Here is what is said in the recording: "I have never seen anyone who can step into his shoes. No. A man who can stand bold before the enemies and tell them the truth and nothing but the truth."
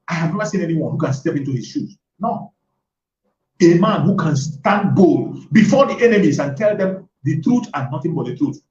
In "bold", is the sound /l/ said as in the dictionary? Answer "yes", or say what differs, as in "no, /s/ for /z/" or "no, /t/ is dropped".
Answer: yes